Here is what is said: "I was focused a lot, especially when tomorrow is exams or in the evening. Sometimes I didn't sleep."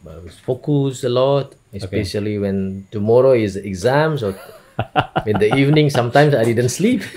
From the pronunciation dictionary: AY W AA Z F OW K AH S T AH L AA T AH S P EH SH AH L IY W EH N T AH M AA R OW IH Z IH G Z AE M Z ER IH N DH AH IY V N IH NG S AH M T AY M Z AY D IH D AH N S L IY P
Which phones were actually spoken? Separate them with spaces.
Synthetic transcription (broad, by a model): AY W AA S F OW K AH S AH L AA T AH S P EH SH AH L IY W EH N T AH M AA R OW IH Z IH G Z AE M S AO IH N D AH IY V N IH NG S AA M T AY M S AY D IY D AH N S L IY P